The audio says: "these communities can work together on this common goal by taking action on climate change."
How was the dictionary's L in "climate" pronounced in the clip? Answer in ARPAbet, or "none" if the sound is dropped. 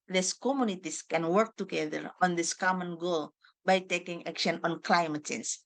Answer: L